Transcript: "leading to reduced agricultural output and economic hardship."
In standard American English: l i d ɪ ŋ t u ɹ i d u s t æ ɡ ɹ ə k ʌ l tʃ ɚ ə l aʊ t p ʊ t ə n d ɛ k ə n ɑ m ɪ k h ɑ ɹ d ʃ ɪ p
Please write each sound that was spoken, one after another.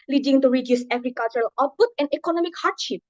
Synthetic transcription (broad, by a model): l i d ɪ ŋ t u ɹ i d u s ɛ ɡ ɹ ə k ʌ l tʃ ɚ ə l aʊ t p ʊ t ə n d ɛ k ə n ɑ m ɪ k h ɑ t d ʃ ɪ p